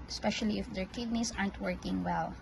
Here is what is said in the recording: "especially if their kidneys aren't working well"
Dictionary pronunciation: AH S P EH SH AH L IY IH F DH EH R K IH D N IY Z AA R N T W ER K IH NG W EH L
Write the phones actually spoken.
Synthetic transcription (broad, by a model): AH S P EH SH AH L IY IH F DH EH R K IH D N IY S AA R N T W ER K IH NG W EH L